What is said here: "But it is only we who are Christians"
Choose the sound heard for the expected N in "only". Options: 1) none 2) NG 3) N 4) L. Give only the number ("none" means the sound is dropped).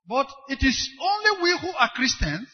3